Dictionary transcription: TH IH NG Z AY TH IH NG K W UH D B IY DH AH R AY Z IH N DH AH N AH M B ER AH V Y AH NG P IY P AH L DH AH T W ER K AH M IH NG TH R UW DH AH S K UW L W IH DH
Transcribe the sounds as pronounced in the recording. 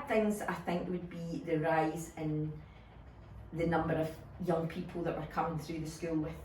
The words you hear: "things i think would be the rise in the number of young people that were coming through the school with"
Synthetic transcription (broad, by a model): TH IH NG Z AY TH IH NG K W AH D B IY DH AH R AY Z IH N DH AH N AH M B ER AH V Y AH NG P IY P AH L DH AH T W ER K AH M IH NG TH R UW DH AH S K UW L W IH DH